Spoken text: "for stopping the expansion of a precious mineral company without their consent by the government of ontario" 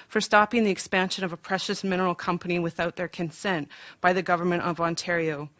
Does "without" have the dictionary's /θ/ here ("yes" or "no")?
yes